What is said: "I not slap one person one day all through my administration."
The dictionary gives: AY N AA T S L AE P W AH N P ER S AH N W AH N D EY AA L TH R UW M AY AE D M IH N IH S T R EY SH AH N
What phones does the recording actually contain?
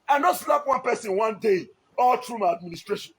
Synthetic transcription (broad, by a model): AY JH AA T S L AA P W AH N P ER S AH N W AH N D EY AA L T R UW M AY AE D M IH N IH S T R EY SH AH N